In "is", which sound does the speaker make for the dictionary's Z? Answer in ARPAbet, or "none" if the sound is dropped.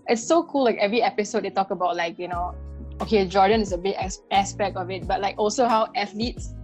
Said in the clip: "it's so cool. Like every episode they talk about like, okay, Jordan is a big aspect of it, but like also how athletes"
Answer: S